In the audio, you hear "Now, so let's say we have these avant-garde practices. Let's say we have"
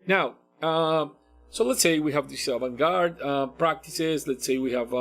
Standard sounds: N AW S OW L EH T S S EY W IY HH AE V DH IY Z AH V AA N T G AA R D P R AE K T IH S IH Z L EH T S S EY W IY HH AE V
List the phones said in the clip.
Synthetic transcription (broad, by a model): N AW S OW L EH T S S EY W IY HH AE V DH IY S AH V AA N G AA R D P R AE K T IH S IH Z L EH T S S EY W IY HH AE V